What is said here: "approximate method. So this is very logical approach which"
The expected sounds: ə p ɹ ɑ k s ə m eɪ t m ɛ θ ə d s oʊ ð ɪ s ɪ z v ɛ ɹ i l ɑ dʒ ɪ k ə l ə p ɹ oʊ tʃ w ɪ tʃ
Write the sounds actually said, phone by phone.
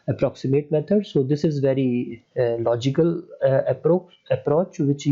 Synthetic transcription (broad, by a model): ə p ɹ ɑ k s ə m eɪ t m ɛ t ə d s oʊ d ɪ s ɪ z v ɛ ɹ i l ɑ dʒ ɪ k ə l ə p ɹ oʊ tʃ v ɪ tʃ